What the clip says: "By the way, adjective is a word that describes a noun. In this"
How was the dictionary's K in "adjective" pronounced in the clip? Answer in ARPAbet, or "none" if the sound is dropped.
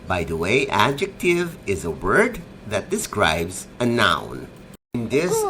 K